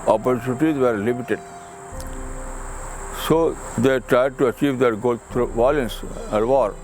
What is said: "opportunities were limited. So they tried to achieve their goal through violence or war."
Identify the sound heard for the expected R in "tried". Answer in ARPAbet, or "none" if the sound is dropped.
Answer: R